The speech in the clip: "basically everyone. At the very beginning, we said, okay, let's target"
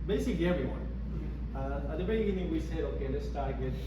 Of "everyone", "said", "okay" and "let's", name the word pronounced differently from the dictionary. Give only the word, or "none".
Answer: let's